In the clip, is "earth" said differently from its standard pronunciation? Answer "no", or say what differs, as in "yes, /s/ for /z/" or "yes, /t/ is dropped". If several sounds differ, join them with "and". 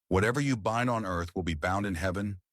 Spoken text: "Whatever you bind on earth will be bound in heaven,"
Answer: no